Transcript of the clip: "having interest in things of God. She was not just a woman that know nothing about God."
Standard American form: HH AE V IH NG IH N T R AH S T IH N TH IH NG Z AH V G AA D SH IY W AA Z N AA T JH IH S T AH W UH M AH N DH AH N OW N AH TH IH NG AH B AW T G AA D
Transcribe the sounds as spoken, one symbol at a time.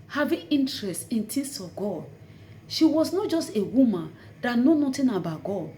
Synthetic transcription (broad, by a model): HH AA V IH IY N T R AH S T IH N T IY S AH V G AA D SH IY W AA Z N AA T JH IH S T AH W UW M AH N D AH N OW N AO T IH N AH B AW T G AA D